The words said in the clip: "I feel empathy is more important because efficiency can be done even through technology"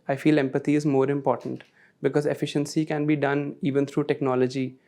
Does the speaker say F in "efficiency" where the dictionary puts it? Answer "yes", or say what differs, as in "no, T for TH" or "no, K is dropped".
yes